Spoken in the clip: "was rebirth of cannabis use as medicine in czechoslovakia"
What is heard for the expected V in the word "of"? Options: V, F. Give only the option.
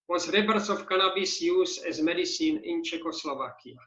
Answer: F